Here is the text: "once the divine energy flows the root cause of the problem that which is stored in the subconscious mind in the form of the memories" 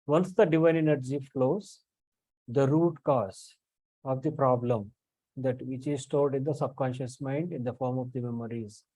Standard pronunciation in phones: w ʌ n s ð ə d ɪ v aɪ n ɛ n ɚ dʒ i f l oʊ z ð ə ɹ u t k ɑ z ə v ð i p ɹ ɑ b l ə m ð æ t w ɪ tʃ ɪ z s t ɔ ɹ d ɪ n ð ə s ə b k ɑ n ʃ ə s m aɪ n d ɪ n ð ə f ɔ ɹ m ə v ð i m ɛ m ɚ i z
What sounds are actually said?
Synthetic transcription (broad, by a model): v ʌ n s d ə d ɪ v aɪ n ɛ n ɚ dʒ i f l oʊ z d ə ɹ u t k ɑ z ə v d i p ɹ ɑ b l ə m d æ t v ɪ tʃ ɪ z s t ɔ l d ɪ n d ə s ə b k ɑ n ʃ ə s m aɪ n d ɪ n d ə f ɔ ɹ m ə v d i m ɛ m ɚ i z